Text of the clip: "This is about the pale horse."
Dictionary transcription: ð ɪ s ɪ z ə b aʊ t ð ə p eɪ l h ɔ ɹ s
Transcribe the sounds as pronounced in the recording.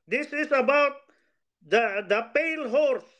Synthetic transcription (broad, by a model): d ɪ s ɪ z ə b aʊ t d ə p eɪ l h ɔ ɹ s